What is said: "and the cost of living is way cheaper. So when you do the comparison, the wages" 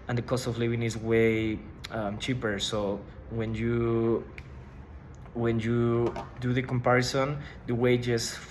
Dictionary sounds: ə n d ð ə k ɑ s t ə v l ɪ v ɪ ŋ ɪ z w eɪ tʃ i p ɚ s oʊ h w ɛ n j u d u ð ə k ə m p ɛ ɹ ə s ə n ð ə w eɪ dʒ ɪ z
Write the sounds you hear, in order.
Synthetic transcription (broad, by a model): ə n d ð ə k ɑ s t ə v l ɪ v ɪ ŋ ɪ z w eɪ tʃ i p ɚ s oʊ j w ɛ n j u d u ð ə k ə m p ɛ ɹ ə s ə n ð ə w eɪ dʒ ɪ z